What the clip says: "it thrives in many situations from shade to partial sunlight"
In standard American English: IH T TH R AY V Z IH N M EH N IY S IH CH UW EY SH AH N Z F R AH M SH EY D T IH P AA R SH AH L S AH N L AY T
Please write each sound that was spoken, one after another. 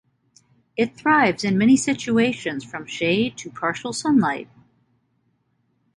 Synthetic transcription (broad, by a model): IH T TH R AY V Z IH N M EH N IY S IH CH UW EY SH AH N Z F R AH M SH EY D T IH P AA R SH L S AH N L AY T